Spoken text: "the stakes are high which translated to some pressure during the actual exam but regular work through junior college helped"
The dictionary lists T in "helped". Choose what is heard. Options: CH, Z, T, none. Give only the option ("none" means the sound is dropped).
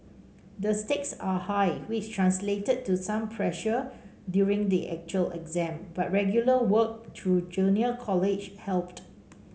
T